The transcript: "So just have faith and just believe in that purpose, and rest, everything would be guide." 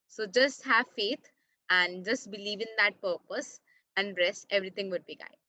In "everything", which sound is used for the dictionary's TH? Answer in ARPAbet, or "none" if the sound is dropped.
T